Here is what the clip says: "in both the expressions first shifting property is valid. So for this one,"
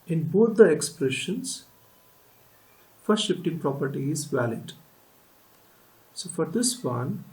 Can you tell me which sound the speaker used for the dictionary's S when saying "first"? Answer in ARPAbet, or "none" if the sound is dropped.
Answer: none